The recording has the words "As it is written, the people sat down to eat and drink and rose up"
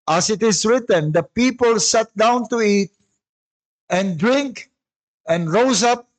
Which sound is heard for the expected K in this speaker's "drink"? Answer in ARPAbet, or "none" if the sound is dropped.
K